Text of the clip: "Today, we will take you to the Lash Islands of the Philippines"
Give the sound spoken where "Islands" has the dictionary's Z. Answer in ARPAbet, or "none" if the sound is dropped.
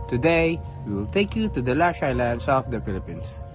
S